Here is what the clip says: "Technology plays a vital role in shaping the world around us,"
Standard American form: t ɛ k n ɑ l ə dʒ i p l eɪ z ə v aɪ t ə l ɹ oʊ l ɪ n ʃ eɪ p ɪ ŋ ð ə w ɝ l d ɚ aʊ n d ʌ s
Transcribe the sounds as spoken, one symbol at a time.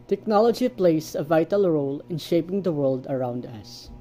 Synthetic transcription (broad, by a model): t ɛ k n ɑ l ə dʒ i p l eɪ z ə v aɪ t ə l ɹ oʊ l ɪ n ʃ eɪ p ɪ ŋ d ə w ɝ l d ɚ aʊ n d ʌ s